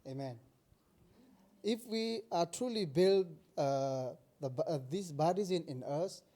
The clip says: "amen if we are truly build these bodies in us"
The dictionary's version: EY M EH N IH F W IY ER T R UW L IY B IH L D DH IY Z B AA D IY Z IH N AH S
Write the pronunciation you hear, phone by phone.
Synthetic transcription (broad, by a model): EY M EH N IH F W IY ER T R UW L IY B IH L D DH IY S B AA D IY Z IH N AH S